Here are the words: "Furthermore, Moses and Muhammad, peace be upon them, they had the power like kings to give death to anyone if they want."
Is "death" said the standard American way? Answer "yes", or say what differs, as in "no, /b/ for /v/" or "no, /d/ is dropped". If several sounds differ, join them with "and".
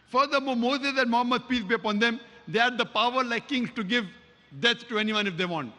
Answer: no, /s/ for /θ/